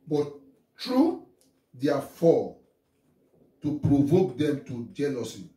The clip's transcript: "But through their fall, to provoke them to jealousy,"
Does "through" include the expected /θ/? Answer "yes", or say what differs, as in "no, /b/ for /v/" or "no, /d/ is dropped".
no, /t/ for /θ/